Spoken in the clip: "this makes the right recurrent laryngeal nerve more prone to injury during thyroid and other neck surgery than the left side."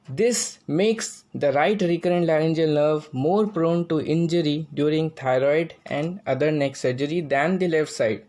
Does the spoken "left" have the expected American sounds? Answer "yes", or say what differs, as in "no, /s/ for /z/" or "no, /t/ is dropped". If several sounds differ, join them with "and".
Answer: yes